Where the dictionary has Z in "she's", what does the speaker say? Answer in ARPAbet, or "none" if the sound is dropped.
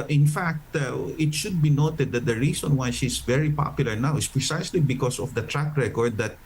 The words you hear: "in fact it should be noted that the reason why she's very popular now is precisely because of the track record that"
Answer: S